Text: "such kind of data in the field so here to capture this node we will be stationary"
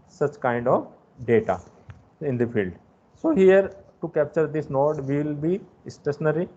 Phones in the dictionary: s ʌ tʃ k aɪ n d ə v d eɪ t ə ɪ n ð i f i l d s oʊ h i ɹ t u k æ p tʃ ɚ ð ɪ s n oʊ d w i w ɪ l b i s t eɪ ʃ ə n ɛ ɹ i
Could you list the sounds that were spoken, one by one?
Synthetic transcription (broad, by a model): s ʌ tʃ k aɪ n d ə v d eɪ t ə ɪ n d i f i l d s oʊ h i ɹ t u k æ p tʃ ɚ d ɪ s n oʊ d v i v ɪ l b i s t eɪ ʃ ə n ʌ ɹ i